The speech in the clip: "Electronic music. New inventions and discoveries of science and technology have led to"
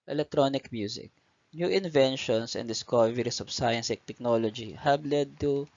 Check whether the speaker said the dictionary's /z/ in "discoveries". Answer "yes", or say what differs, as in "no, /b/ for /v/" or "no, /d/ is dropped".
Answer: no, /s/ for /z/